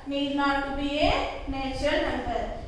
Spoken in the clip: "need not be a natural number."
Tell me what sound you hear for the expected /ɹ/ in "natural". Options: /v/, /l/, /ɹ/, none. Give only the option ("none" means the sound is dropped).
none